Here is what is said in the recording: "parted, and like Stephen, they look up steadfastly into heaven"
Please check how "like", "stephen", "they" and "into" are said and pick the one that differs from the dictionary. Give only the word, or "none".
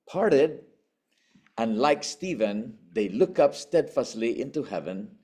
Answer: none